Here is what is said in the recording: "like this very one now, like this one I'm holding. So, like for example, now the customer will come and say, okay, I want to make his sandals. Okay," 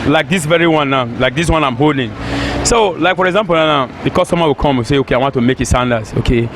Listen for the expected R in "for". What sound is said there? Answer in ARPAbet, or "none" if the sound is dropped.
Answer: R